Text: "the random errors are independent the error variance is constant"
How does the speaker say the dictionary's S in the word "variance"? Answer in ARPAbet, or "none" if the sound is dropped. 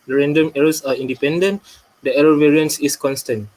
S